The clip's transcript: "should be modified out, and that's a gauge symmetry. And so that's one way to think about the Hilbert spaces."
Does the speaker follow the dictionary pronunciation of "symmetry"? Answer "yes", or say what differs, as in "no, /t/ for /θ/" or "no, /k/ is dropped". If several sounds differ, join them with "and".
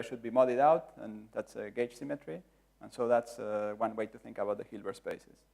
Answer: yes